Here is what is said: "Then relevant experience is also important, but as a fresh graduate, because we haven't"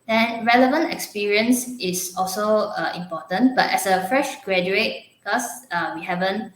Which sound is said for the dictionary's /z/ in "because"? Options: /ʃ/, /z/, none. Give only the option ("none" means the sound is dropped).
none